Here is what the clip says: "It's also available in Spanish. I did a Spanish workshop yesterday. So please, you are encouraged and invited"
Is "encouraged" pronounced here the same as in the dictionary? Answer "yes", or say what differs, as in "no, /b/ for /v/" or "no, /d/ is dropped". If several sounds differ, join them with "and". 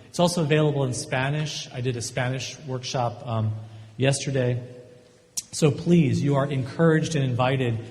yes